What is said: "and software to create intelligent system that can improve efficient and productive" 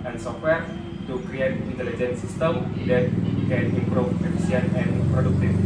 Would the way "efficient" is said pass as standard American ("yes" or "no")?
no